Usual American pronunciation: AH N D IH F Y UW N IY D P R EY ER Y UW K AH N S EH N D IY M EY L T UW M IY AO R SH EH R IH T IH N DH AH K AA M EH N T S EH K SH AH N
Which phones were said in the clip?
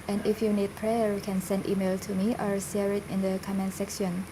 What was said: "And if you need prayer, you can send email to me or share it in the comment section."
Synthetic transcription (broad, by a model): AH N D IH F Y UW N IY D P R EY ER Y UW K AH N S EH N D IY M EY L T UW M IY AO R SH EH R IH T IH N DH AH K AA M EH N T S EH K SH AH N